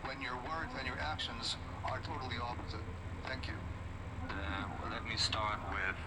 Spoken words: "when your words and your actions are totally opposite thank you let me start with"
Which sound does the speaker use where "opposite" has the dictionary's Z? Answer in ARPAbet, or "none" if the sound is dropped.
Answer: Z